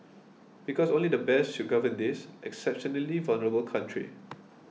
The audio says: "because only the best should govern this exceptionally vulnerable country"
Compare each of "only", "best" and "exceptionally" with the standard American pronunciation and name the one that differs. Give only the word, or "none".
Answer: none